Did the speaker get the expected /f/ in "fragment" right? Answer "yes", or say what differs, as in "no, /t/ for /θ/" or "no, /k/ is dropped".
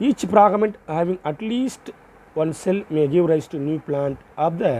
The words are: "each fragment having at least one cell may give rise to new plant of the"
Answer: no, /p/ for /f/